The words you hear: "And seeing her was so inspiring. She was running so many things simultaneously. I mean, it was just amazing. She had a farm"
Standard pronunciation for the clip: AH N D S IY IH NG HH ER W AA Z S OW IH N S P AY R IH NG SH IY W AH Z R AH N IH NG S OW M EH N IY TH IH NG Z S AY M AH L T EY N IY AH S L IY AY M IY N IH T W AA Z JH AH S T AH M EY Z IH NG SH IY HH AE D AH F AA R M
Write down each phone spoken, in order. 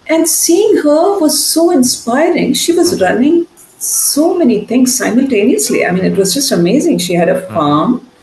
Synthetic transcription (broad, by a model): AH N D S IY IH NG HH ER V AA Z S OW IH N S P AY R IH NG SH IY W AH Z R AH N IH NG S OW M EH N IY T IH NG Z S AY M AH L T EY N IY AH S L IY AY M IY N IH T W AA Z JH AH S T AH M EY Z IH NG SH IY HH AE D AH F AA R M